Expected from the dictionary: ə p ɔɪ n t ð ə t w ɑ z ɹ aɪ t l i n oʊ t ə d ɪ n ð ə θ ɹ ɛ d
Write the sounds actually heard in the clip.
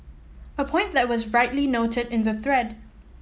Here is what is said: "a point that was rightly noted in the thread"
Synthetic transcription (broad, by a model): ə p ɔɪ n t ð ə t w ɑ z ɹ aɪ t l i n oʊ t ə d ɪ n ð ə θ ɹ ɛ d